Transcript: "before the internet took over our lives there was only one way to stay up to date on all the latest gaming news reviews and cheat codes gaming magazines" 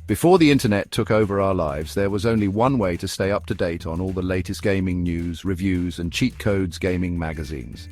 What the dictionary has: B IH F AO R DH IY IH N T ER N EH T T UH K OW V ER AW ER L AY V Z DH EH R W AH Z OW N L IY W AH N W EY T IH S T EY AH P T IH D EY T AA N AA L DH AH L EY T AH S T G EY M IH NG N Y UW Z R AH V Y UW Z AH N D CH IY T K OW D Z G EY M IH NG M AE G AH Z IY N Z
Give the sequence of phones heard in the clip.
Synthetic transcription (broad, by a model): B IH F AO R DH IY IH N T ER N EH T T UH K OW V ER AW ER L AY V Z DH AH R W AH Z OW N L IY W AH N W EY T IH S T EY AH P T IH D EY T N AA L DH AH L EY T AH S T G EY M IH NG N Y UW Z R AH V Y UW Z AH N CH IY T K OW D Z G EY M IH NG M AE G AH Z IY N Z